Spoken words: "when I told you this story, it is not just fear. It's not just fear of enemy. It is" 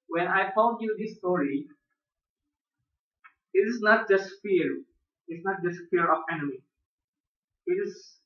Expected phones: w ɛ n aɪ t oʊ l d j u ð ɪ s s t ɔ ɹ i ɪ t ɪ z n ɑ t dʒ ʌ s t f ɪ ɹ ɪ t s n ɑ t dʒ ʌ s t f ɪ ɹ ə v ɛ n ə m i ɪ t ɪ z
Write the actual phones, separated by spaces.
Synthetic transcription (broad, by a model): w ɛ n aɪ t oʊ n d j u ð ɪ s s t ɔ ɹ i ɪ t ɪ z n ɑ t dʒ ʌ s t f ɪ ɹ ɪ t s n ɑ t dʒ ʌ s t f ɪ ɹ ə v ɛ n ə m i ɪ t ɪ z